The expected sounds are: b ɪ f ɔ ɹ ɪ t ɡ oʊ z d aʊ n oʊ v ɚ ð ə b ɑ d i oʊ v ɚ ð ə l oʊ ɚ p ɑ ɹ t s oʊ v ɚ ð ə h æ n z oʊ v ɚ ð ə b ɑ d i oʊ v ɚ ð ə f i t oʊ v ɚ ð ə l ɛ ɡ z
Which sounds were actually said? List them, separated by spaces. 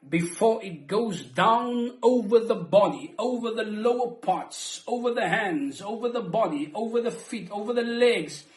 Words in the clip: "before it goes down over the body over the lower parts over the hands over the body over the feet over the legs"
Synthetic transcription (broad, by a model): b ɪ f ɔ ɹ ɪ t ɡ oʊ z d aʊ n oʊ v ɚ ð ə b ɑ d i oʊ v ɚ ð ə l oʊ ɚ p ɑ ɹ t s oʊ v ɚ ð ə h æ n z oʊ v ɚ ð ə b ɑ d i oʊ v ɚ ð ə f i t oʊ v ɚ ð ə l ɛ ɡ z